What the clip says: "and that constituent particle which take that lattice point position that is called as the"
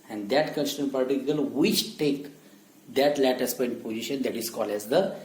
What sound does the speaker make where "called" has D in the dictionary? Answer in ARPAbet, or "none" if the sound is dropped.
none